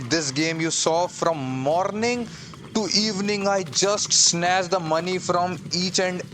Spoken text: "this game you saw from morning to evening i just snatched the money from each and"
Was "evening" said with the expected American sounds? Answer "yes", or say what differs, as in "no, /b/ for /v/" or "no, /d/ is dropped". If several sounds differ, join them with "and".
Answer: yes